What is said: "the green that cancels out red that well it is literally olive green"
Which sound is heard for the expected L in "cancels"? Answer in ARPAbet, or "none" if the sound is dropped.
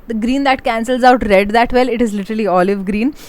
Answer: L